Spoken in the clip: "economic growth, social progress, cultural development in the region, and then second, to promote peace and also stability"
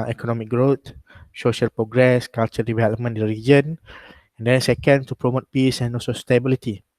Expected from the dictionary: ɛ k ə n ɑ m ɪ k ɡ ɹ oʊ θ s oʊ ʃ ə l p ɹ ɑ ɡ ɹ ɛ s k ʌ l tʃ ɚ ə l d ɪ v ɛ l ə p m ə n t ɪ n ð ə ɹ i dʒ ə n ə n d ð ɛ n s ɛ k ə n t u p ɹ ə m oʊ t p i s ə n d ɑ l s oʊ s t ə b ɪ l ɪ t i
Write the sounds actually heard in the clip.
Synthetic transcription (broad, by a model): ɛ k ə n ɑ m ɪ k ɡ ɹ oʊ t s oʊ ʃ ə l p ɹ ɑ ɡ ɹ ɛ s k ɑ l tʃ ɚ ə d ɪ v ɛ l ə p m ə n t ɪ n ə ɹ i dʒ ə n ə n d ɛ n s ɛ k ə n t u p ɹ ə m oʊ t p i s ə n ɑ l s oʊ s t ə b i l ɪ t i